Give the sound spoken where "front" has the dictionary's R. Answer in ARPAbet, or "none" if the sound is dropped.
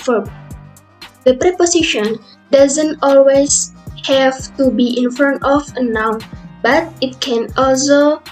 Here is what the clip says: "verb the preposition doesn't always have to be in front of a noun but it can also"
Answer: none